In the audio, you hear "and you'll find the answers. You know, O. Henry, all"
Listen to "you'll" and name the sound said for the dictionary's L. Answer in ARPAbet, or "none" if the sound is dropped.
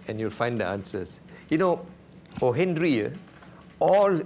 L